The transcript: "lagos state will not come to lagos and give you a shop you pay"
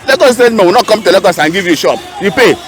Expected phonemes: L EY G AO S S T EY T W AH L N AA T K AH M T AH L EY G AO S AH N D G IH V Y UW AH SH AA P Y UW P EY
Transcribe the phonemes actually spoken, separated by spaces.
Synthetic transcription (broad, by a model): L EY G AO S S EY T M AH W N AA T K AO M T AH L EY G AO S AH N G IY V Y UW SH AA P Y UW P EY